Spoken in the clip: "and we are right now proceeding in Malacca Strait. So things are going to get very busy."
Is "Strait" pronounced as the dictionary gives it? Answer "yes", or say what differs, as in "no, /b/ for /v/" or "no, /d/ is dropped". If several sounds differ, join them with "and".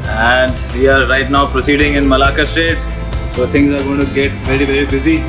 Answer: no, /ɹ/ is dropped